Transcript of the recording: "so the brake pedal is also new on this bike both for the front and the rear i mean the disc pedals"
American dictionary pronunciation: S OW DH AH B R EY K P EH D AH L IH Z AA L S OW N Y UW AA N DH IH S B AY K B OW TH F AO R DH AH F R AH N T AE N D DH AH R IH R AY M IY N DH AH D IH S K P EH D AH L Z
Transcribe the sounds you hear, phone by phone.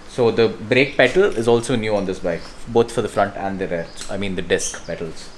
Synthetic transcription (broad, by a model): S OW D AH B R EY K P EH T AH L IH Z AA L S OW N Y UW AA N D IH S B AY K B OW T F AO R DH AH F R AH N T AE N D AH R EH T AY M IY N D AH D IH S K P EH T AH L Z